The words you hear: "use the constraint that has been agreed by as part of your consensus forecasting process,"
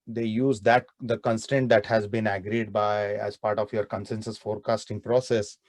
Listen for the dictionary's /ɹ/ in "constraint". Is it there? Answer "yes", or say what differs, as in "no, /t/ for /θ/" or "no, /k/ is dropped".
no, /ɹ/ is dropped